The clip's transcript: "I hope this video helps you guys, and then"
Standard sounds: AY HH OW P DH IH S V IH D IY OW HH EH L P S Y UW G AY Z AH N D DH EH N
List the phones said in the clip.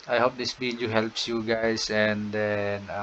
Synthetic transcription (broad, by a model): AY HH OW P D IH S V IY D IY HH EH L P S Y UW G AY S AH N D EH N